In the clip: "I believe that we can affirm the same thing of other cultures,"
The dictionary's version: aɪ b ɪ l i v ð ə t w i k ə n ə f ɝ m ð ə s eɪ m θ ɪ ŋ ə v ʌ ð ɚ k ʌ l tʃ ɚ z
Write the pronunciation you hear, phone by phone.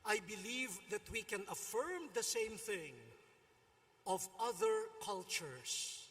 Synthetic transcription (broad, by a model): aɪ b ɪ l i v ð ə t w i k ə n ə f ɝ m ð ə s eɪ m θ ɪ ŋ ə v ʌ ð ɚ k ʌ l tʃ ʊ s